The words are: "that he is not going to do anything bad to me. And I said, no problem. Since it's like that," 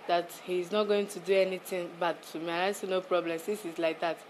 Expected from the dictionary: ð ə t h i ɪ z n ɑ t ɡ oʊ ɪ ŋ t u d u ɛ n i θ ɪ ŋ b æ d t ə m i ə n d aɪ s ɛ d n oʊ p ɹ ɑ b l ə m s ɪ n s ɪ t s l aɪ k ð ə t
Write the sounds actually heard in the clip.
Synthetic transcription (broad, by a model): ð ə t h i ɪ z n ɑ t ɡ oʊ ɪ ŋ t u d u ɛ n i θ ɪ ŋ b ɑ t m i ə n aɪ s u n oʊ p ɹ ɑ b l ə m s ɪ s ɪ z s l aɪ k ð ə t